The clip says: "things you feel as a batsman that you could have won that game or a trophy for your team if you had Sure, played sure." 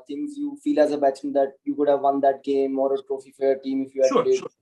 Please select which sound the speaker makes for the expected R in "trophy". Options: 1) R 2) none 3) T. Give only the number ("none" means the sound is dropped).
1